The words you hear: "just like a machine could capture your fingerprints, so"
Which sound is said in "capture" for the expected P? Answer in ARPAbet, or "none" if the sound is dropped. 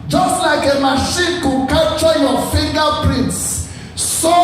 none